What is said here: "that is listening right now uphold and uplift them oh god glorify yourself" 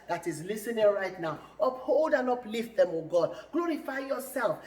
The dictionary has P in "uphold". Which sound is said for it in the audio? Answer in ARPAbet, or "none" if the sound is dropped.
P